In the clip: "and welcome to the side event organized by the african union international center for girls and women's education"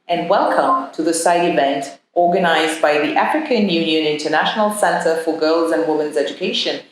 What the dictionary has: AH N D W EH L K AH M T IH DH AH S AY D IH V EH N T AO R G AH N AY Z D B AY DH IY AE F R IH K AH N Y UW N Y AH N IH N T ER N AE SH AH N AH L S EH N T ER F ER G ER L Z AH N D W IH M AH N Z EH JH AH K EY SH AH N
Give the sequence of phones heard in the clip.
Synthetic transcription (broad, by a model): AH N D W EH L K AH M T IH DH AH S AY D IH V EH N T AO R G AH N AY Z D B AY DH IY AE F R IH K AH N Y UW N Y AH N IH N T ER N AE SH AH N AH L S EH N T ER F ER G ER L Z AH N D W IH M AH N Z EH JH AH K EY SH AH N